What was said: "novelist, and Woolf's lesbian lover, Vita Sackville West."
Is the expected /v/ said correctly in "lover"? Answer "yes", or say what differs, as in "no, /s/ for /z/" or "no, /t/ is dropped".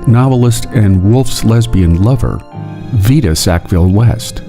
yes